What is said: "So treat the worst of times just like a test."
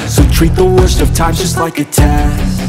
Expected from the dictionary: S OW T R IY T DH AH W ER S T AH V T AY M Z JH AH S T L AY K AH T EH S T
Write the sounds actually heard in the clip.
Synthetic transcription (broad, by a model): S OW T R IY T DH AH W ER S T AH V T AY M JH AH S T L AY K AH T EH